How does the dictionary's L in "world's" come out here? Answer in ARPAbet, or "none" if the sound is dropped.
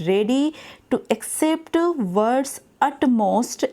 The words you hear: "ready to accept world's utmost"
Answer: none